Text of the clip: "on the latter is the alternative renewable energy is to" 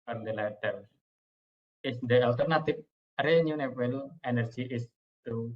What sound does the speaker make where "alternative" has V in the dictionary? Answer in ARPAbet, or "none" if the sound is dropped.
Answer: P